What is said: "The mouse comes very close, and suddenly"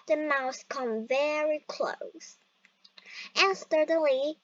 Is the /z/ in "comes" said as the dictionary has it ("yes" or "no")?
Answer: no